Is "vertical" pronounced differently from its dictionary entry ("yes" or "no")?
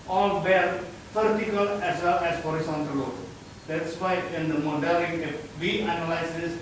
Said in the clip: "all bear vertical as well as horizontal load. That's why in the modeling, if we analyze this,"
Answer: yes